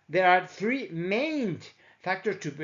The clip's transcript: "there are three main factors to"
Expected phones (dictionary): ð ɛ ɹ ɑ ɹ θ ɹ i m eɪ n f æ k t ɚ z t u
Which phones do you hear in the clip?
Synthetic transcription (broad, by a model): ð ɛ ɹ ɑ ɹ θ ɹ i m eɪ n f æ k t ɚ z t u